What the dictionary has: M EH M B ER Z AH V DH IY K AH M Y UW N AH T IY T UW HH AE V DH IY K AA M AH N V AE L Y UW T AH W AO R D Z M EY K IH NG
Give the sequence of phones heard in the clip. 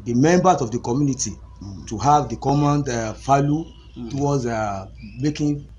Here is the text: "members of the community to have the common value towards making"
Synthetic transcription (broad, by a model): M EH M B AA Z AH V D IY K AH M Y UW N AH T IY T UW HH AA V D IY K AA M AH N F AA L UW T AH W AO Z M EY K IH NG